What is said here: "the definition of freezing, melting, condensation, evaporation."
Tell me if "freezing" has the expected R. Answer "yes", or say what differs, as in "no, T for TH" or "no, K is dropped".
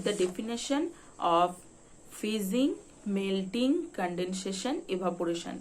no, R is dropped